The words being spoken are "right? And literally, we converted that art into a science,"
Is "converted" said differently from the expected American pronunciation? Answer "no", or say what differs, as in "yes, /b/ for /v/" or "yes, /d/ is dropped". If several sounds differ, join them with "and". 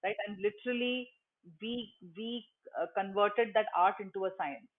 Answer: no